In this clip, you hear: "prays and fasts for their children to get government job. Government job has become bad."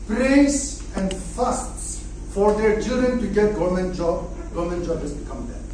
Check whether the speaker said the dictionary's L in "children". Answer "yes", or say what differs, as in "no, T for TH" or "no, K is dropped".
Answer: no, L is dropped